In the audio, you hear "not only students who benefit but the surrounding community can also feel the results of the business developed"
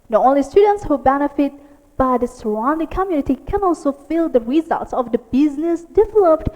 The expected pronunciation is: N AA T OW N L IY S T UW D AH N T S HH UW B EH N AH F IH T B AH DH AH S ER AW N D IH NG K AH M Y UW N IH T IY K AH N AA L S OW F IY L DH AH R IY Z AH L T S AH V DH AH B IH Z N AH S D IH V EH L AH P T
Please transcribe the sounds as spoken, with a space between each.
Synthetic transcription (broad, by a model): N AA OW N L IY S T UW D AH N T S HH UW B EH N AH F IH T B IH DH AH S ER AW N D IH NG K AH M Y UW N IH T IY K AH N AA L S OW F IY L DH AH R IY Z AH L T S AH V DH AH B IH Z N AH S D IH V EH L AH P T